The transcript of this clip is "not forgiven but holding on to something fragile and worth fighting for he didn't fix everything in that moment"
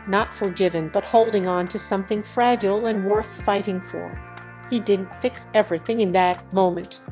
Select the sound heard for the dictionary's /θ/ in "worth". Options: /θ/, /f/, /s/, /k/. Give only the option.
/θ/